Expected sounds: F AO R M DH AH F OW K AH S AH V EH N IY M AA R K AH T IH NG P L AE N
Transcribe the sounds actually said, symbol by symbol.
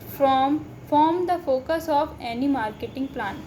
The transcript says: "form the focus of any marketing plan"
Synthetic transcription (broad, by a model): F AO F M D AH F OW K AH S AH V EH N IY M AA R K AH T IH NG P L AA N